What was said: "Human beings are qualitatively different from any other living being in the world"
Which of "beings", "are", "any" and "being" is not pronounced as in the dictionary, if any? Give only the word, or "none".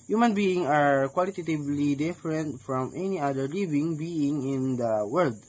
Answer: beings